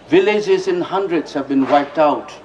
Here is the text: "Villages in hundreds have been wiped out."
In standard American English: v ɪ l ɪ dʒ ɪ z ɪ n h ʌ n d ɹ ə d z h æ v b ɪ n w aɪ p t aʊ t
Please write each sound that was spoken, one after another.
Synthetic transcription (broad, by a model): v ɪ l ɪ dʒ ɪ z ɪ n h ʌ n d ɹ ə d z h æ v b ɪ n w aɪ p t aʊ t